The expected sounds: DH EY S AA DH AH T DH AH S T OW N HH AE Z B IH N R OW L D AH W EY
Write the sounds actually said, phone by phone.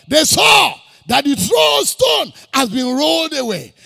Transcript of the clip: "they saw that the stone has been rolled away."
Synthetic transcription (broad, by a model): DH EY S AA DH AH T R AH S T OW N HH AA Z B IH N R OW L D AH W EY